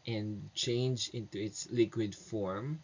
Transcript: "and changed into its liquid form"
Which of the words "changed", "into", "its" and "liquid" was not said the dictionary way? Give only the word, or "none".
changed